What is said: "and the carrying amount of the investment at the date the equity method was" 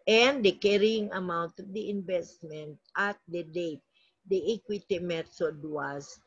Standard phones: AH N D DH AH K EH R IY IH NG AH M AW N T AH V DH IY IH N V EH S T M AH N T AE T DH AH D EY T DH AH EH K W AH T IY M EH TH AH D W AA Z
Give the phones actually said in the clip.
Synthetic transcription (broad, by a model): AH N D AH K EH R IY IH NG AH M AW N T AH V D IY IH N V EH S T M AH N T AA T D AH D EY T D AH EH K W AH T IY M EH S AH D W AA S